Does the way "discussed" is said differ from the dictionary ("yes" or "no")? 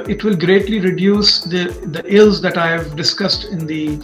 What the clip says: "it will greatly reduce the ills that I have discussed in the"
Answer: no